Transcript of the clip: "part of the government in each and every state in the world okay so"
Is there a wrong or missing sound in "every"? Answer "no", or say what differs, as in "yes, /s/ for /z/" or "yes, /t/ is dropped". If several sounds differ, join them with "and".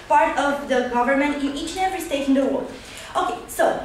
yes, /v/ is dropped